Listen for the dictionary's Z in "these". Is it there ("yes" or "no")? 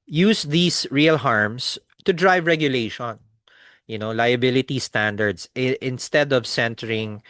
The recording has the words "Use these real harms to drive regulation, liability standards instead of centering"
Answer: no